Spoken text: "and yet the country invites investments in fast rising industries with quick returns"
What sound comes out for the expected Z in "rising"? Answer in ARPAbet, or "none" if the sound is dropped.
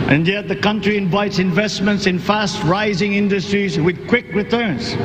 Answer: Z